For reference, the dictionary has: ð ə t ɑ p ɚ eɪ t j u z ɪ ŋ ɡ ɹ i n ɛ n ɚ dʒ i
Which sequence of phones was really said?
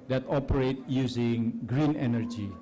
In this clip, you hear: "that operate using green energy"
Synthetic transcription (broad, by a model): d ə t ɑ p ɚ eɪ t j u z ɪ ŋ ɡ ɹ i n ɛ n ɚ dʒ i